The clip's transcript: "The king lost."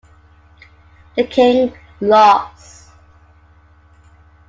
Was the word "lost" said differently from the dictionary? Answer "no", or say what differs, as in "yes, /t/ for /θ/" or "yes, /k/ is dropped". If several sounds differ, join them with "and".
yes, /t/ is dropped